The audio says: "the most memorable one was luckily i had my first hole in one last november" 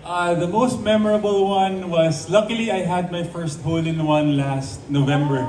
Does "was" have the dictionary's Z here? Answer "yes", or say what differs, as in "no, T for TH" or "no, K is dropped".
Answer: no, S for Z